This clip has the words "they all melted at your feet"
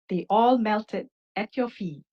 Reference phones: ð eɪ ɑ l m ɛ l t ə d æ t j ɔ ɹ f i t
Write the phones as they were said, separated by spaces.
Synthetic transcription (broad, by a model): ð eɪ ɑ l m ɛ l t ə d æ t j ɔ f i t